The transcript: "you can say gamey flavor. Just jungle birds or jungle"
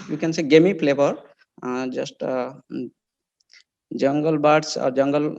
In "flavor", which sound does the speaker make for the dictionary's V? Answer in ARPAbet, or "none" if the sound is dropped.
P